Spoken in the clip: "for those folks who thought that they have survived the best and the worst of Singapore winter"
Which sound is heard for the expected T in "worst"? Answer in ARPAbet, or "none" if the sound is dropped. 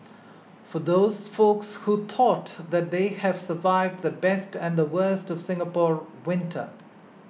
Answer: T